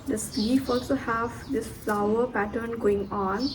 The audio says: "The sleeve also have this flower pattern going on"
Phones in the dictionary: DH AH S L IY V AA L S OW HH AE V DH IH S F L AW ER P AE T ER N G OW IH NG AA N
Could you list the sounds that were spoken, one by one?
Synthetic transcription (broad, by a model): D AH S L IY F AA L S OW HH AE V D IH S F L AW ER P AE T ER N G OW IH NG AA N